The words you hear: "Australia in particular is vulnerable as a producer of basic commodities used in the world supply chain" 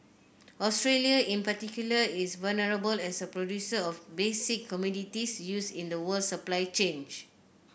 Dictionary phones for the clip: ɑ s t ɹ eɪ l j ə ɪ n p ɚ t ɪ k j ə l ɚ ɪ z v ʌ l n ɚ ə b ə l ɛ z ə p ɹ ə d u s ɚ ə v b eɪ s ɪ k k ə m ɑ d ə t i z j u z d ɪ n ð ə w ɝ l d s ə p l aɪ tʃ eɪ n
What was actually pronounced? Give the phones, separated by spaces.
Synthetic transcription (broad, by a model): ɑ s t ɹ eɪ l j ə ɪ n p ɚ t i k j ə l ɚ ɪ s v ʌ l n ɚ ə b ə l ɛ s ə p ɹ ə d u s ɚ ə f b eɪ s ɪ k k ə m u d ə t i s j u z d ɪ n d ə w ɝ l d s ə p l aɪ tʃ eɪ n